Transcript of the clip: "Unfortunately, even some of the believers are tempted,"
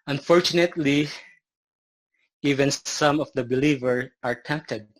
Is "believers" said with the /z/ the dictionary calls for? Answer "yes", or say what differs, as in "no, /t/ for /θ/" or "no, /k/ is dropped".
no, /z/ is dropped